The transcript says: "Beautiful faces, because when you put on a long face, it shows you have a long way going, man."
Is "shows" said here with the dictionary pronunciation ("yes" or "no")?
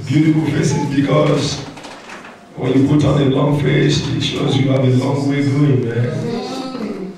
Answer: yes